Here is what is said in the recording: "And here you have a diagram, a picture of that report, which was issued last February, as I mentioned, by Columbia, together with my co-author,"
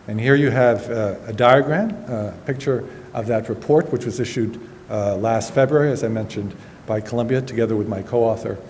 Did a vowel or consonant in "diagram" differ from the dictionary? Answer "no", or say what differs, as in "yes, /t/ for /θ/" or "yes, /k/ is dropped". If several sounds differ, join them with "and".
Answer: no